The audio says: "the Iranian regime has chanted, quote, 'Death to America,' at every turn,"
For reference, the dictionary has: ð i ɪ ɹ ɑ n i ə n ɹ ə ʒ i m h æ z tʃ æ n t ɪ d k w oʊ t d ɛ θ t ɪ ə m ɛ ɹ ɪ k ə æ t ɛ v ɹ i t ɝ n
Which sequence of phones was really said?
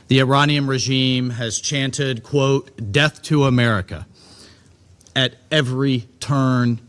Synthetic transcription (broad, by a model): ð i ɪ ɹ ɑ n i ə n ɹ ə ʒ i m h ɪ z tʃ æ n t ɪ d k w oʊ t d ɛ θ t ɪ ə m ɛ ɹ ɪ k ə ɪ t ɛ v ɹ i t ɝ n